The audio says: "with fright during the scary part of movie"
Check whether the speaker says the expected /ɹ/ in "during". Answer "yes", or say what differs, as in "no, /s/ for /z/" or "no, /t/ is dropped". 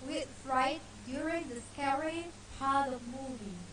yes